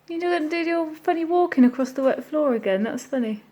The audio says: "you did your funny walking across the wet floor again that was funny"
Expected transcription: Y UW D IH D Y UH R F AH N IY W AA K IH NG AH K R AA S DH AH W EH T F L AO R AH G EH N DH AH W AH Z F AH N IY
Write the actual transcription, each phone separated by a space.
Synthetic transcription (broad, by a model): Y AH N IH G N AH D F AH N IY W AA K IH NG AH K R AA S DH AH W EH T F L AO R AH G EH N DH AH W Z F AH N IY